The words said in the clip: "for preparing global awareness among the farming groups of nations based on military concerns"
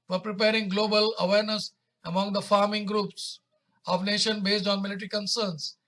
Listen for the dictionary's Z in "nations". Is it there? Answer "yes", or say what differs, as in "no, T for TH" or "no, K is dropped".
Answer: no, Z is dropped